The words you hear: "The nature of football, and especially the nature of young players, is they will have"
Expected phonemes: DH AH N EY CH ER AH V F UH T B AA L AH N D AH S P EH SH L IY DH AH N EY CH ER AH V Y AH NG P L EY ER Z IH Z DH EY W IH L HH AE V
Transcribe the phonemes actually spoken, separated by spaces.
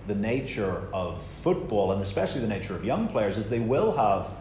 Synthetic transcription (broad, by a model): DH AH N EY CH ER AH V F UH T B AA L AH N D AH S P EH SH L IY DH AH N EY CH ER AH V Y AH NG P L EY ER Z IH Z DH EY W IH L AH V